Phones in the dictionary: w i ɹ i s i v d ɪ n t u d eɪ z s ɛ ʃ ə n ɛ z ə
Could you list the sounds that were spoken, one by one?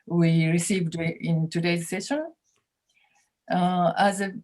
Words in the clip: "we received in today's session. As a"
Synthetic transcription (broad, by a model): w i ɹ i s i v d ɪ n t u d eɪ z s ɛ ʃ ə n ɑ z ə